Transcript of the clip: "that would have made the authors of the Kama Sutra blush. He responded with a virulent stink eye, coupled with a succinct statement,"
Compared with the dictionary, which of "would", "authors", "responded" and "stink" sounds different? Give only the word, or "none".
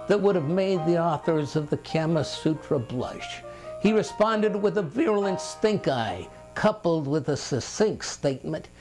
none